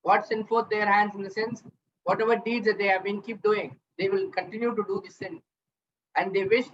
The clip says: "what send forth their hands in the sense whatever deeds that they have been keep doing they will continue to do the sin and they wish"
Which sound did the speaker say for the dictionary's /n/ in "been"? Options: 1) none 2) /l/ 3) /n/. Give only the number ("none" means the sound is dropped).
3